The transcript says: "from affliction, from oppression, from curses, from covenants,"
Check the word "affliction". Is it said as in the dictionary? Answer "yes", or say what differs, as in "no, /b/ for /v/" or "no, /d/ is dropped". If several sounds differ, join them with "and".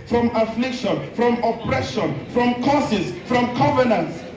yes